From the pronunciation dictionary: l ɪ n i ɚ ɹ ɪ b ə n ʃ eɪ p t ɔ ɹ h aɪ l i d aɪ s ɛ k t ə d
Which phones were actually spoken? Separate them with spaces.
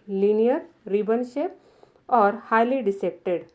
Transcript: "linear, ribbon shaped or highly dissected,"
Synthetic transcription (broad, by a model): l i n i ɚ ɹ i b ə n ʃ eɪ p ɔ ɹ h aɪ l i d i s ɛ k t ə d